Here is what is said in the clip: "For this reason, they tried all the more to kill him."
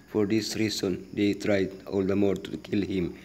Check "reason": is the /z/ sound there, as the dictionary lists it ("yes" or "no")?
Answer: no